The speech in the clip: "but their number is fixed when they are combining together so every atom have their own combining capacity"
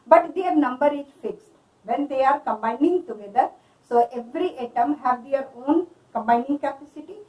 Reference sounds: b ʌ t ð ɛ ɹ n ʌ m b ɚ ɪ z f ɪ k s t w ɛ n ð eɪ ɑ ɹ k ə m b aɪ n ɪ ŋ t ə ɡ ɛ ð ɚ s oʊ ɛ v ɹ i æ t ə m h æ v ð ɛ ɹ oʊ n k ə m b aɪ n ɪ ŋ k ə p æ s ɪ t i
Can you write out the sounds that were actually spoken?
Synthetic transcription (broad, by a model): b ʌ t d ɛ ɹ n ʌ m b ɚ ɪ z f ɪ k s t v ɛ n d eɪ ɑ ɹ k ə m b aɪ n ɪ ŋ t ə ɡ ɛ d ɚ s oʊ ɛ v ɹ i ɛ t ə m h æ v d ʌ ɹ oʊ n k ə m b aɪ n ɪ ŋ k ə p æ s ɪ t i